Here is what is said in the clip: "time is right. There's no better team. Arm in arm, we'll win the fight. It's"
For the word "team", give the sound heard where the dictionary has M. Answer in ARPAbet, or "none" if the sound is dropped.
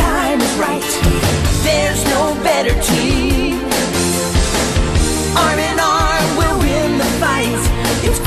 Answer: none